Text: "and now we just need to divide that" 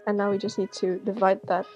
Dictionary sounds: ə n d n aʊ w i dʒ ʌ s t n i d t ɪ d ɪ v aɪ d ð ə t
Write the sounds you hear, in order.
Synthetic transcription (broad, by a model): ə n n aʊ w i dʒ ʌ s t n i d t ɪ d ɪ v aɪ d ð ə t